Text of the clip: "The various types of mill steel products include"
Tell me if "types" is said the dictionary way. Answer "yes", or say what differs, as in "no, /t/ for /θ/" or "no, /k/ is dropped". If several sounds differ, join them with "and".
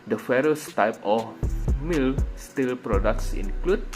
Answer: no, /s/ is dropped